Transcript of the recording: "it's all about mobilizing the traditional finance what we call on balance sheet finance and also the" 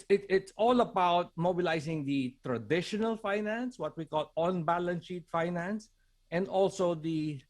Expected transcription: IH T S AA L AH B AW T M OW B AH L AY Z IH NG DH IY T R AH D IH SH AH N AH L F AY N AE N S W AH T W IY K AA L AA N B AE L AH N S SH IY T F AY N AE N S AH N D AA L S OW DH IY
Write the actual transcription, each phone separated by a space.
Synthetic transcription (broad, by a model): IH T S AA L AH B AW T M OW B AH L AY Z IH NG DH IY T R AH D IH SH AH N AH L F AY N AE N S W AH T W IY K AA L AA N B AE L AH N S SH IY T F AY N AE N S AH N D AA L S OW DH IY